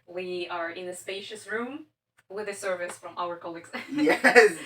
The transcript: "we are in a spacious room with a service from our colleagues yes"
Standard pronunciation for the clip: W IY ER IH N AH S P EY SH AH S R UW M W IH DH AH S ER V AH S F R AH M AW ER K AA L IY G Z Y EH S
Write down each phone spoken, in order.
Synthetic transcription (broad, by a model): W IY ER IH N AH S P EY SH AH S R UW M W IH DH AH S ER V AH S F R AH M AW ER K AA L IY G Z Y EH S